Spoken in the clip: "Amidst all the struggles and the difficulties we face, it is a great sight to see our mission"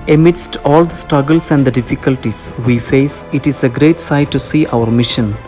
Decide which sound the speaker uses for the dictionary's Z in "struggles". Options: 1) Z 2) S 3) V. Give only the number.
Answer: 2